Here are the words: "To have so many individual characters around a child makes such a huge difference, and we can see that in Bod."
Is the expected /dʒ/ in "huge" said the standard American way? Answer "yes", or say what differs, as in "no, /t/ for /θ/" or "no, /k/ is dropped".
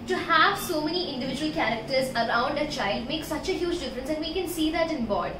yes